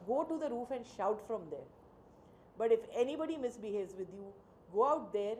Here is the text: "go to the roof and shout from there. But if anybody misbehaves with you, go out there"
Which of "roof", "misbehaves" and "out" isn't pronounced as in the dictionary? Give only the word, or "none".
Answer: none